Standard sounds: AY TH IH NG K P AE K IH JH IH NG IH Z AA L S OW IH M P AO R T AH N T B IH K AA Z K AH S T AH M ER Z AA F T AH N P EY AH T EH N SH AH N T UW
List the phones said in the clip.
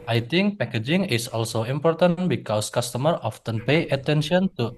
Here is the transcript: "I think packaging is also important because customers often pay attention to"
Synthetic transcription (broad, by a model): AY T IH NG K P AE K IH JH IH NG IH S AA L S OW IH M P AO R T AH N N B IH K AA S K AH S T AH M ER AA F T AH N P EY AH T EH N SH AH N T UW